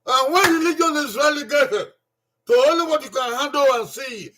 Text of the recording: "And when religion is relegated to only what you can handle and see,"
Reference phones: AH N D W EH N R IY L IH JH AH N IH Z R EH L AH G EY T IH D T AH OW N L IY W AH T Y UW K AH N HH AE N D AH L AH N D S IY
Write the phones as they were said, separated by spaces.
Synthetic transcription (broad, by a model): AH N W EH N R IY L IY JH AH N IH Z R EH L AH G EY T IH T AH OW L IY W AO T Y UW K AH N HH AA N D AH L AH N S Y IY